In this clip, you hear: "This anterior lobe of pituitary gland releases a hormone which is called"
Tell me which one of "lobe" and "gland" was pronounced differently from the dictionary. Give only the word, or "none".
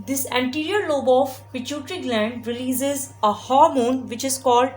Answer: none